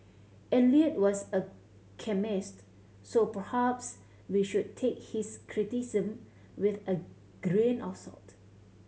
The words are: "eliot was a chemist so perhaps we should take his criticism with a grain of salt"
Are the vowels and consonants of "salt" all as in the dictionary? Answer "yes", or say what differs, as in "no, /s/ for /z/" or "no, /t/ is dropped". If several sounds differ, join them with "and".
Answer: yes